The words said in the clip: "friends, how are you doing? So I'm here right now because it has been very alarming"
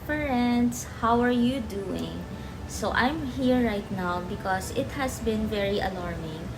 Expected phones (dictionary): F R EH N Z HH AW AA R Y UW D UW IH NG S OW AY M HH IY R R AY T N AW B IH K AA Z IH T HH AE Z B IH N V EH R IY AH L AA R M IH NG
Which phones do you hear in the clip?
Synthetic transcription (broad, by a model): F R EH N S HH AW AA R Y UW D UW IH NG S OW AY M HH IY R R AY T N AW B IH K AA S IH T HH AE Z B IH N V EH R IY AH L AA R M IH NG